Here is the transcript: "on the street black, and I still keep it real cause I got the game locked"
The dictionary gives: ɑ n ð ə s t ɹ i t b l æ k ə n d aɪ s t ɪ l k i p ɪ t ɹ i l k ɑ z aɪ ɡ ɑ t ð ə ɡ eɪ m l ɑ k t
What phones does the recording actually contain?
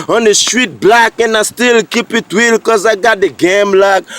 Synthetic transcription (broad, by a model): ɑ n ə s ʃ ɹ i t b l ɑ k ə n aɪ s t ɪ l k i p ɪ t w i l k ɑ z aɪ ɡ ɑ t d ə ɡ eɪ m l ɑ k